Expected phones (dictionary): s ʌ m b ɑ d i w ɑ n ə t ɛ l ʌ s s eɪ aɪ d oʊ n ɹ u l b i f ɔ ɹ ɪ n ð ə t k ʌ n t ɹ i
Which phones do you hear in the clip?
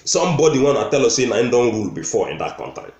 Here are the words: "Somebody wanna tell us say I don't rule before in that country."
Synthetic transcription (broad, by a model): s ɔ m b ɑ d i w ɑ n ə t ɛ l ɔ s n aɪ d oʊ n ɹ u l b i f ɔ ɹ ɪ n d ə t k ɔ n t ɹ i